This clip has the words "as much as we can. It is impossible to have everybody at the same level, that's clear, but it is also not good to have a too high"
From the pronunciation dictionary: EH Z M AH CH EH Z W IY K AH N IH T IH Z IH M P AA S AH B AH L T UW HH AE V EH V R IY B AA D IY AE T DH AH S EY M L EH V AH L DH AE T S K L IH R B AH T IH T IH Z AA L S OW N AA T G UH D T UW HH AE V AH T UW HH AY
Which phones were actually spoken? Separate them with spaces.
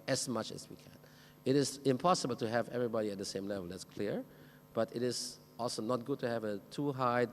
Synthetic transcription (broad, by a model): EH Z M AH CH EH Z W IY K AH N IH T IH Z IH M P AA S AH B AH L T UW HH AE V EH V R IY B AA D IY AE T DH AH S EY M L EH V AH L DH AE T S K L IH R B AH T IH T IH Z AA L S OW N AA T G UH D T UW HH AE V AH T UW HH AY